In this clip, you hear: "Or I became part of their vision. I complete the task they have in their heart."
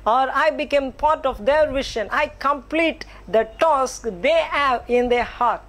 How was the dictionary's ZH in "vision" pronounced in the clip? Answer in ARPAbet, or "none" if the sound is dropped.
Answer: SH